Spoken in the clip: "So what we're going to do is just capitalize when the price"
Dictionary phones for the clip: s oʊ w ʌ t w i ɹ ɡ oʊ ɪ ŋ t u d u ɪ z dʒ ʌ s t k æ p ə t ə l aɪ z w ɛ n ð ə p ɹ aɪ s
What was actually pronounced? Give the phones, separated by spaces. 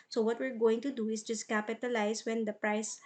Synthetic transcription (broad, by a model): s oʊ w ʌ t w i ɹ ɡ oʊ ɪ ŋ t u d u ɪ s dʒ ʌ s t k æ p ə t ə l aɪ s w ɛ n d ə p ɹ aɪ s